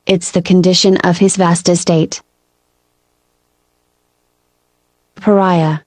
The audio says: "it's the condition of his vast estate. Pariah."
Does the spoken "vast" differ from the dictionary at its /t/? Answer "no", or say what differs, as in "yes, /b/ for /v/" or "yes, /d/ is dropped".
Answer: no